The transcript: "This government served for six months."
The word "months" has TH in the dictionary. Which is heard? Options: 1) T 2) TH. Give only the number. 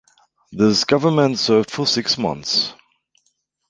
2